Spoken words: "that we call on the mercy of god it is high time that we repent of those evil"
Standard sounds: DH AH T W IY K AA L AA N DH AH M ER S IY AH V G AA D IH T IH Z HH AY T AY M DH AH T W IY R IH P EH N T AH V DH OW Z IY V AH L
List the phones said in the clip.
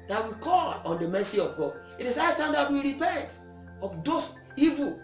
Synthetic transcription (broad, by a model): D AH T W IY K AA L AA N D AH M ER S IY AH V G AA D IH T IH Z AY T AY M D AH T W IY R IH P EH N T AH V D OW S IY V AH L